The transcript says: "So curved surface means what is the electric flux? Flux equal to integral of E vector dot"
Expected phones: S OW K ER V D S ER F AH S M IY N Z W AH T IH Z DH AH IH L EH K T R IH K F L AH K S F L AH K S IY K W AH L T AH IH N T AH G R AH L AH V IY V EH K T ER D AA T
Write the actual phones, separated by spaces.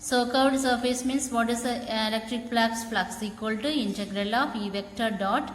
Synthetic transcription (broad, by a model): S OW K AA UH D S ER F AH S M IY N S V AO T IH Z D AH L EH K T R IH K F L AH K S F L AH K S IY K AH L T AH IH N T AH G R AH L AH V IY V EH K T ER D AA T